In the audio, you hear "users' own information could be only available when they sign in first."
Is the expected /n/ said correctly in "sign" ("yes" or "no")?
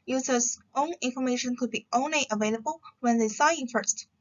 no